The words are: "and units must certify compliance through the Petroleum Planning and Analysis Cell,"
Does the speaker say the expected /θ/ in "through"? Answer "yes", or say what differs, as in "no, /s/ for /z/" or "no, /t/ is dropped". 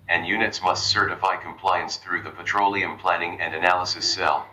yes